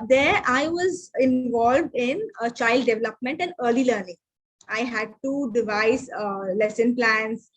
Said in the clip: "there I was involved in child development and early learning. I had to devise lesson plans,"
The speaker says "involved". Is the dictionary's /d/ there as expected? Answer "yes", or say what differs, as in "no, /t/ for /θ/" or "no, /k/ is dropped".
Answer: yes